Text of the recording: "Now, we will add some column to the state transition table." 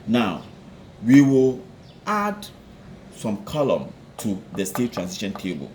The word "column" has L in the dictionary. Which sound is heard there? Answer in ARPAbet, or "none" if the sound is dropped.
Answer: L